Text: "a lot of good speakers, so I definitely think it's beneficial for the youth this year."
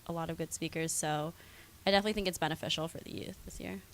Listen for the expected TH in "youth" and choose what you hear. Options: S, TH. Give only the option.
TH